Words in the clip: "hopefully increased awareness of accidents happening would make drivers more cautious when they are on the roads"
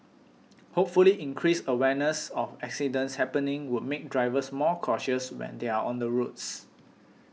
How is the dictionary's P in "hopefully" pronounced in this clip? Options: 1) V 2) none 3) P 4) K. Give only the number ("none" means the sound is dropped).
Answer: 3